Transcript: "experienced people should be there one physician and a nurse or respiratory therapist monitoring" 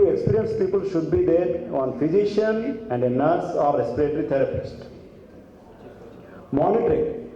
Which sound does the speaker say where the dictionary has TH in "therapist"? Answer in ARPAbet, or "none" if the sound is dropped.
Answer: T